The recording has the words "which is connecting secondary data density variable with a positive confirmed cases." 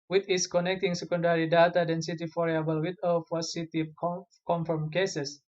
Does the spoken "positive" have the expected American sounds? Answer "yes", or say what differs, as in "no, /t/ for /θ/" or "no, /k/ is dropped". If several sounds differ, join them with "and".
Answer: no, /f/ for /p/ and /s/ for /z/